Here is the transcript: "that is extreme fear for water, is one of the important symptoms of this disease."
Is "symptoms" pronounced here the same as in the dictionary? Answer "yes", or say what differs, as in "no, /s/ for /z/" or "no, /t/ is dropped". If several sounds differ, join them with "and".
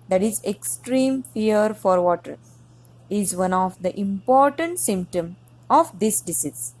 no, /z/ is dropped